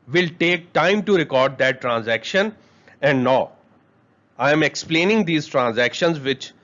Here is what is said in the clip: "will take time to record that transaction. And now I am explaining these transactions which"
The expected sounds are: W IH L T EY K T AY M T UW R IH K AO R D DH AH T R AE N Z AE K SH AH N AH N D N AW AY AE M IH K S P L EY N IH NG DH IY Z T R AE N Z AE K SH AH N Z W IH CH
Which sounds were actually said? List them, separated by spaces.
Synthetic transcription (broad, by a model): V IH L T EY K T AY M T UW R IH K AO R D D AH T R AE N Z AE K SH AH N AH N D N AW AY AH M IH K S P L EY N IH NG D IY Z T R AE N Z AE K SH AH N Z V IH CH